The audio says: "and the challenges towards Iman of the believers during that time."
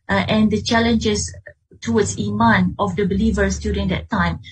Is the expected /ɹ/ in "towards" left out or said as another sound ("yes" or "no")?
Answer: yes